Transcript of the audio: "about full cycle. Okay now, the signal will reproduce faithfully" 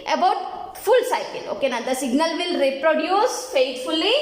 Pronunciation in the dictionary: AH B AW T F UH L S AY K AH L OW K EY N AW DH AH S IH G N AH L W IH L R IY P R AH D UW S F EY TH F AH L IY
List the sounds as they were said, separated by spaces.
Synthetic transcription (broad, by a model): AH B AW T F UH L S AY K AH L OW K EY N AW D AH S IH G N AH L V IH L R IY P R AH D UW S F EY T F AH L IY